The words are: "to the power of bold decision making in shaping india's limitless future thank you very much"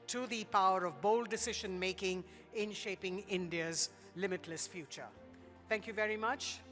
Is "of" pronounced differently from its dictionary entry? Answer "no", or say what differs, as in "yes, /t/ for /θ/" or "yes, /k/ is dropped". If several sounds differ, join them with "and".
no